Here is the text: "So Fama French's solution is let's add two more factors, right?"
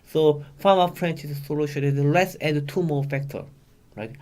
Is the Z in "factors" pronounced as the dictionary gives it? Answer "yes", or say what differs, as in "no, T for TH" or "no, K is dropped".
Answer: no, Z is dropped